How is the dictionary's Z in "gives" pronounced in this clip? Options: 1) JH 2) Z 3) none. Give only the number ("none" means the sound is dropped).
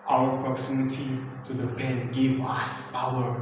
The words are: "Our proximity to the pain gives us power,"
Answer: 3